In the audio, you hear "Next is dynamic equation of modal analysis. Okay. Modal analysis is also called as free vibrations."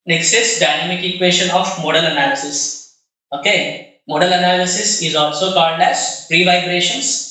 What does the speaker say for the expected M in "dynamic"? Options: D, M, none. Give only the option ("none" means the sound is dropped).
M